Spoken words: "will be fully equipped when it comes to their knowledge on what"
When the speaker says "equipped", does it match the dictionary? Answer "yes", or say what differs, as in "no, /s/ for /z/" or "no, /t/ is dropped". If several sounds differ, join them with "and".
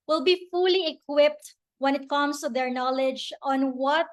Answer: yes